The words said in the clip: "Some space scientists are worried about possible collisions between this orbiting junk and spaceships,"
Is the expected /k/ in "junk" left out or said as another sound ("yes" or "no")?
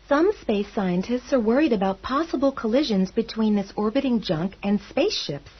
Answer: no